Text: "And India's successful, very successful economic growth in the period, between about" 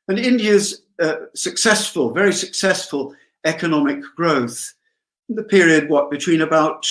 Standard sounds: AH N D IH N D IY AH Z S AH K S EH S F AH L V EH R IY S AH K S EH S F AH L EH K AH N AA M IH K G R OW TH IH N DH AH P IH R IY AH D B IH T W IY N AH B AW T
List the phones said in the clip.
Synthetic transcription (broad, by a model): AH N IH N D IY AH Z S AH K S EH S F AH L V EH R IY S AH K S EH S F AH L EH K AH N AA M IH K G R OW TH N DH AH P IH R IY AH D B IH T W IY N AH B AW T